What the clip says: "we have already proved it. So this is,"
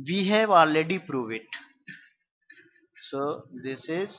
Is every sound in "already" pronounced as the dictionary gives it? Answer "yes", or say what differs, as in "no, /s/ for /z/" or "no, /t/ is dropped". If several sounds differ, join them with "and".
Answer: no, /ɹ/ is dropped